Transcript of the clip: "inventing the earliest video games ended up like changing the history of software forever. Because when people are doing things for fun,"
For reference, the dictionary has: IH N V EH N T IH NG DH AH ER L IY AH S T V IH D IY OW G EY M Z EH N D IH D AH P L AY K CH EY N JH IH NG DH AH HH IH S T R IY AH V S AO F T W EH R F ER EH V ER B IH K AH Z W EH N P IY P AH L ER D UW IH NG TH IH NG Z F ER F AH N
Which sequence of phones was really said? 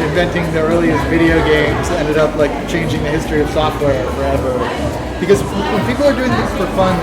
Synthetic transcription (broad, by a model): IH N V EH N T IH NG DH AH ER L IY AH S V IH D IY OW G EY M Z EH N D IH D AH P L AY K CH EY N JH IH NG DH AH HH IH S T R IY AH V S AO F T W EH R F ER EH V ER B IH K AH Z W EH N P IY P L ER D UW IH NG TH IH NG Z F ER F AH N